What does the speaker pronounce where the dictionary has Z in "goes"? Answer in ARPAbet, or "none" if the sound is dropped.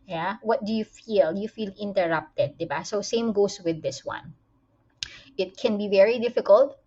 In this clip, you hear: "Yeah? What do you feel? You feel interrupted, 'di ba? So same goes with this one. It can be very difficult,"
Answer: S